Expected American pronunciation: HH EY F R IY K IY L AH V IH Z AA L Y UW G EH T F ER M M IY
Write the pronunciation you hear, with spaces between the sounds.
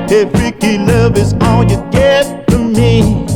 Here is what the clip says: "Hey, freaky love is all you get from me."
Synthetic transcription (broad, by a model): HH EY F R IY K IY L AH V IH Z AA L Y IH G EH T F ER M M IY